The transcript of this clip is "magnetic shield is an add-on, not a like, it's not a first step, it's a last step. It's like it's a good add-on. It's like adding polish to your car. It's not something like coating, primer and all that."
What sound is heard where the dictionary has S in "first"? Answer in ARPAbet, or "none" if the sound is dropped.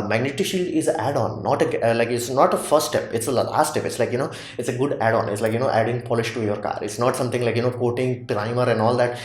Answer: none